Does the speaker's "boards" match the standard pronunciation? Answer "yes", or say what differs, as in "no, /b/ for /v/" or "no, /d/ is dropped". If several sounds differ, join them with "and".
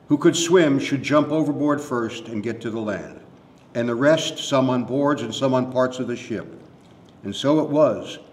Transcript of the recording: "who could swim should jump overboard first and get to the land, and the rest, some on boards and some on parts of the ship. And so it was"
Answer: yes